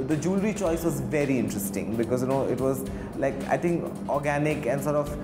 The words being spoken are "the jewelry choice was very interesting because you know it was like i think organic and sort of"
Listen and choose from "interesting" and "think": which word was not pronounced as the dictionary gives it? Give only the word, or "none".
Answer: think